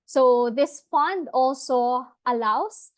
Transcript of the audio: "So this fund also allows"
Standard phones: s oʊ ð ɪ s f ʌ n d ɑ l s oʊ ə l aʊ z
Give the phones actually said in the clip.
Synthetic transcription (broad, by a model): s oʊ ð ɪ s f ʌ n d ɑ l s oʊ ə l aʊ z